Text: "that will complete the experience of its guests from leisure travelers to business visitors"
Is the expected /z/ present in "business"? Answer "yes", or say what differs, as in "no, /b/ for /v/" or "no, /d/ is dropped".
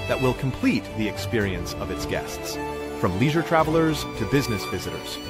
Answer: yes